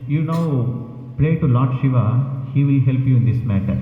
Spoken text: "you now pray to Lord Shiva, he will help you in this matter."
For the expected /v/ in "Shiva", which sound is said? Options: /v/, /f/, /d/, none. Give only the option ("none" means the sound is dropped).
/v/